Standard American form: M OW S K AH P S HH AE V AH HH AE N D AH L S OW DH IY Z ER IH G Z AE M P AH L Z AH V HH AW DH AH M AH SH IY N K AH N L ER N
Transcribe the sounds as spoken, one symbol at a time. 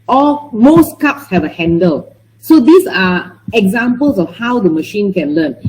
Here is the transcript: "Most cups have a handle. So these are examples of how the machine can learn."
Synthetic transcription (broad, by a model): M OW S K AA P S HH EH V AH HH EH N D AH L S OW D IY S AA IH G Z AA M P AH L S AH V HH AW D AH M AH SH IY N K AH N L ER N